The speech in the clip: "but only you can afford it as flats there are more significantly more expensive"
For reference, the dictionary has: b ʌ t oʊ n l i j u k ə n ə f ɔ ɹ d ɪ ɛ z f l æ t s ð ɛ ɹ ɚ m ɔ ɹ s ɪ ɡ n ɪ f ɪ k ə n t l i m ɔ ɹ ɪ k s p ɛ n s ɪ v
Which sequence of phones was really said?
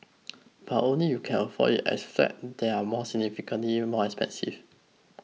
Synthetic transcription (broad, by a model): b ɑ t oʊ n l i j u k ə n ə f ɔ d ɪ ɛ s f ɛ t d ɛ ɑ m ɔ s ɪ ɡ n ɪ f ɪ k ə n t l i m ɔ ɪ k s p ɛ n s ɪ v